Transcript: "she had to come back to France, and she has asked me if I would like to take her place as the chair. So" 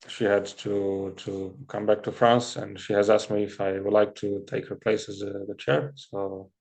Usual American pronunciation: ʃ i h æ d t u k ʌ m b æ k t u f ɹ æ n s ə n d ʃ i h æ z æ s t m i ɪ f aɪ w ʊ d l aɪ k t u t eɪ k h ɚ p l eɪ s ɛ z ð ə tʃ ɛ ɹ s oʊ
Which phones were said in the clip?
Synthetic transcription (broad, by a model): ʃ i h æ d t u k ʌ m b æ k t u f ɹ æ n s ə n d ʃ i h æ z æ s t m i ɪ f aɪ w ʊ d l aɪ k t u t eɪ k h ɚ p l eɪ s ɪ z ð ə tʃ ɛ ɹ s oʊ